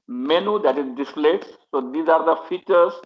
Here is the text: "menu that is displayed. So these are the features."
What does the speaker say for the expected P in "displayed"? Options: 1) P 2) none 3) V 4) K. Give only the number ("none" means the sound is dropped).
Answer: 2